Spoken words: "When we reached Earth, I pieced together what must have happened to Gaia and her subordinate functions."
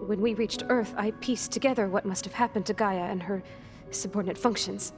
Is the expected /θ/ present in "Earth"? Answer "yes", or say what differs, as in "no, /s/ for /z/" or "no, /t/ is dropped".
yes